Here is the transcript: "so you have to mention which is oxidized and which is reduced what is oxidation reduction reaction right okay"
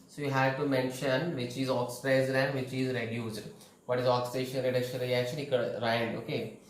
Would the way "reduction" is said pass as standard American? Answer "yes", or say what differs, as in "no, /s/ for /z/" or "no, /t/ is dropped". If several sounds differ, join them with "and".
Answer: no, /l/ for /n/